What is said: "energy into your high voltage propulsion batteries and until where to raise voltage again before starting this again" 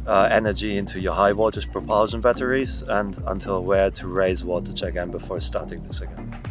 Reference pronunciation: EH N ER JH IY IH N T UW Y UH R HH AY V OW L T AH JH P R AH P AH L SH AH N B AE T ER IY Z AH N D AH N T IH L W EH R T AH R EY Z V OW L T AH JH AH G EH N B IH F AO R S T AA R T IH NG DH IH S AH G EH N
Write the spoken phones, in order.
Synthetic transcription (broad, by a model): EH N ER JH IY IH N T UW Y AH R HH AY W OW T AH Z P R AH P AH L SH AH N B AE T ER IY Z AH N D AH N T IH L W EH R T AH R EY Z W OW T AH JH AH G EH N B IH F AO R S T AA R T IH NG DH IH S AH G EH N